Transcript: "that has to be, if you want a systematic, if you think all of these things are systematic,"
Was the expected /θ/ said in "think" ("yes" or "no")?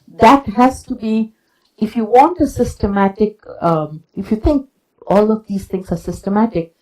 no